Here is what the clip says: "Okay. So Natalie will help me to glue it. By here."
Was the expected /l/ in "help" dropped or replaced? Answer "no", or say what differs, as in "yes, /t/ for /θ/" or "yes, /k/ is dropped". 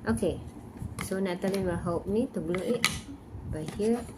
yes, /l/ is dropped